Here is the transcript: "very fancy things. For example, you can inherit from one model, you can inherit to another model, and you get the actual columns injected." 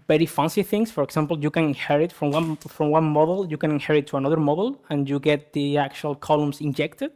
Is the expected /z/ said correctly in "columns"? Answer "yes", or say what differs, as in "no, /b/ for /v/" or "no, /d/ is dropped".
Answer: no, /s/ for /z/